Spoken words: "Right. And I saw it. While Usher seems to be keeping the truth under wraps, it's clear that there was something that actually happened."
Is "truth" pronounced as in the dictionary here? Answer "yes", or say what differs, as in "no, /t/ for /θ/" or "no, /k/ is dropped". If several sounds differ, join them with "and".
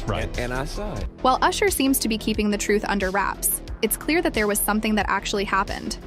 yes